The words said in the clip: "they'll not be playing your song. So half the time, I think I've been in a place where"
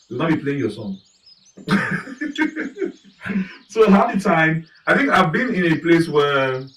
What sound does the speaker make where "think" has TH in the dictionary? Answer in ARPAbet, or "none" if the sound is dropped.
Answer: TH